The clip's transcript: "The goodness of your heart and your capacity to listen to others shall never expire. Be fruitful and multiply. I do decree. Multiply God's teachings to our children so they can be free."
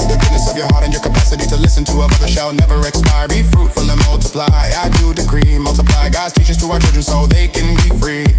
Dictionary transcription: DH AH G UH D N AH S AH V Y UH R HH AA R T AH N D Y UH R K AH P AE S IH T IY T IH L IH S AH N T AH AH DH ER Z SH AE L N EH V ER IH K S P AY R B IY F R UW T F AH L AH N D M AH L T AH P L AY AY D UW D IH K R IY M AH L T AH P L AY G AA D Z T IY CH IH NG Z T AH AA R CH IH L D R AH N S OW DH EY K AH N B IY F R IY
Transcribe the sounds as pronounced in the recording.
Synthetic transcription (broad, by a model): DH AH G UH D N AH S AH V Y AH R HH AA R T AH N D Y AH R K AH P AE S IH T IY T IH L IH S AH N T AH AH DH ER SH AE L N EH V ER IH K S P AY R B IY F R UW T F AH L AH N M AH L T AH P L AY AY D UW D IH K R IY M AH L T AH P L AY G AA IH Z T IY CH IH Z T AH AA CH IH L D R AH N S OW DH EY K AH N B IY F R IY